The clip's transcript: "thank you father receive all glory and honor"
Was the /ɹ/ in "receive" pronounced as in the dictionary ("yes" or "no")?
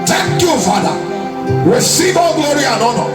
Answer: no